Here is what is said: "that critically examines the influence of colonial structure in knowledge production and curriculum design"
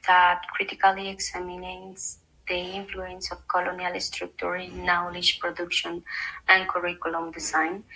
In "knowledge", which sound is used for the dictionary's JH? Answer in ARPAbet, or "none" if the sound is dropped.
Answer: SH